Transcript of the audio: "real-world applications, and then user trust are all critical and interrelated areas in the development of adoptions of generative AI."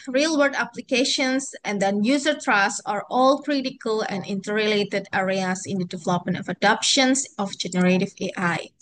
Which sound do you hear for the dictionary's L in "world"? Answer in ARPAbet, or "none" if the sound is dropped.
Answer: none